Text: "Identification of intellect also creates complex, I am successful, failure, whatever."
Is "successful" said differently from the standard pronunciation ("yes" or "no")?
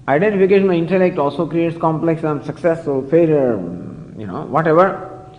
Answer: yes